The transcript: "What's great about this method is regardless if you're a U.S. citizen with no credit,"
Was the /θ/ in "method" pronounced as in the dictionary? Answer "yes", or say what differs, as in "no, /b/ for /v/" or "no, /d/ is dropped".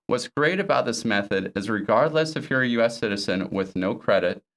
yes